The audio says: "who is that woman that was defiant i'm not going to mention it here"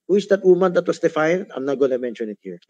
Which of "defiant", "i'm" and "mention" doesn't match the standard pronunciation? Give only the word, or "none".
defiant